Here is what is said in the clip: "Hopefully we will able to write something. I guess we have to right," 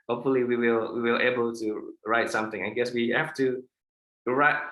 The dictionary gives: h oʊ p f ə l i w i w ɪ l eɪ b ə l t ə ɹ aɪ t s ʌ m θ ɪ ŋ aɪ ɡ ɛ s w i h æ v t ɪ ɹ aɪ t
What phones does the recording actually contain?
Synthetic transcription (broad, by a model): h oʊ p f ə l i w i w ɪ l eɪ b ə l t ə ɹ aɪ t s ʌ m θ ɪ ŋ aɪ ɡ ɛ s w i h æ f t ɪ ɹ aɪ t